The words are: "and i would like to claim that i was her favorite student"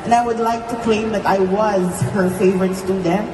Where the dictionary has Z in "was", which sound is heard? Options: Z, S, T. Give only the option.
Z